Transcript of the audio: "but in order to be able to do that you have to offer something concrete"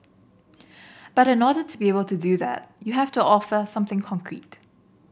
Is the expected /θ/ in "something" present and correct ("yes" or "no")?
yes